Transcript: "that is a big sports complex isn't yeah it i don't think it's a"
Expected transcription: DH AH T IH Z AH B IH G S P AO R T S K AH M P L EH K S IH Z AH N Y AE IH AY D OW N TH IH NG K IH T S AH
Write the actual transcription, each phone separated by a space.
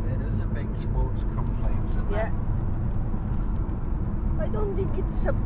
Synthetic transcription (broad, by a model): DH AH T IH Z AH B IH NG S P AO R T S K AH M P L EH IH S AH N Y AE IH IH D OW N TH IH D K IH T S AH